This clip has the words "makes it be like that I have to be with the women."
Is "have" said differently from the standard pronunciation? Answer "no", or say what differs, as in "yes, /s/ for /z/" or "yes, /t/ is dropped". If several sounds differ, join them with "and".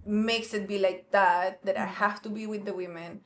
yes, /f/ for /v/